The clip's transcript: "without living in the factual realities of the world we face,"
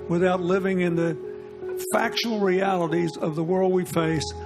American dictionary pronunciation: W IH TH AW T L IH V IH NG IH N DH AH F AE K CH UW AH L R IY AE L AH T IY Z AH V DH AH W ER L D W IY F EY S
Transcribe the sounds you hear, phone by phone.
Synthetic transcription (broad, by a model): W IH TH AW T L IH V IH NG IH N DH AH F AE K SH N L R IY AE L AH T IY Z AH V DH AH W ER L D W IY F EY S